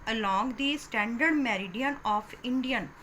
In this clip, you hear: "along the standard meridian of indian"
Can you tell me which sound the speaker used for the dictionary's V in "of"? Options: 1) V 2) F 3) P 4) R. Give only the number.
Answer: 3